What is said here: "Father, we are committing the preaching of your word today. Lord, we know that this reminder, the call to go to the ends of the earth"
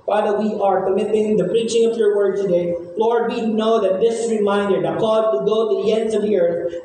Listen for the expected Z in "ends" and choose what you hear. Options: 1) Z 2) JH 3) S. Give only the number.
1